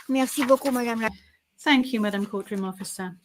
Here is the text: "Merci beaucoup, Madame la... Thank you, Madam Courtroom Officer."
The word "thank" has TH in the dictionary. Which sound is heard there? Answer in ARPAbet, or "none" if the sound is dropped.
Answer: TH